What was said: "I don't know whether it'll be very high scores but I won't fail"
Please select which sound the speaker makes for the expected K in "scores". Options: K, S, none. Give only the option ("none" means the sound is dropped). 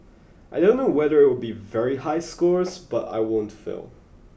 K